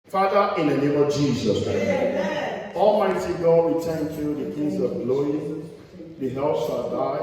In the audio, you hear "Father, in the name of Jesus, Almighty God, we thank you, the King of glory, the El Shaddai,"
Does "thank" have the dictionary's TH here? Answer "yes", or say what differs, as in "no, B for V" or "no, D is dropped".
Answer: no, T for TH